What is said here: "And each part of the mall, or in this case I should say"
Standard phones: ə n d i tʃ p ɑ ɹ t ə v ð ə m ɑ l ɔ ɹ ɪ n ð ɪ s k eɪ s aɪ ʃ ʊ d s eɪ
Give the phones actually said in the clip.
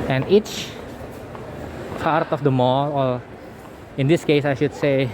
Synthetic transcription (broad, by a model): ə n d i tʃ p ɑ ɹ t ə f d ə m ɑ l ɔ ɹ ɪ n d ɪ s k eɪ s aɪ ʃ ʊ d s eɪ